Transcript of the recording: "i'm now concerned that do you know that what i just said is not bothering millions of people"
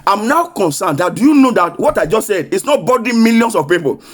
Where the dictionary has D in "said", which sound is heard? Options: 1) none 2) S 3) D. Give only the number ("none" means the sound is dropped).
3